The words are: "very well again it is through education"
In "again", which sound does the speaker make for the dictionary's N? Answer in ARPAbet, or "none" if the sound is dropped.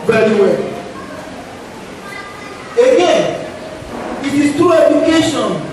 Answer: none